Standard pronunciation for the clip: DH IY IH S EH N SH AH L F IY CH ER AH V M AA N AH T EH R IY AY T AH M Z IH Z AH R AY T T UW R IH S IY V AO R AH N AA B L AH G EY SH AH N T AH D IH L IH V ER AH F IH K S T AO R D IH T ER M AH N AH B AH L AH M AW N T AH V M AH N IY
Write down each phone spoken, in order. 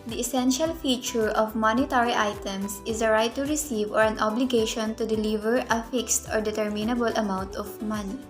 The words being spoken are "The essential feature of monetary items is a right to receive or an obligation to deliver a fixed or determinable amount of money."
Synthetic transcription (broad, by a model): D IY IH S EH N SH AH L F IY CH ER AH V M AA N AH T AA R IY AY T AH M S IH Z AH R AY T T UW R IH S IY V AO R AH N AA B L AH G EY SH AH N T AH D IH L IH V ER AH F IH K S T AO R D IH T ER M AH N AH B AH L AH M AW N T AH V M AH N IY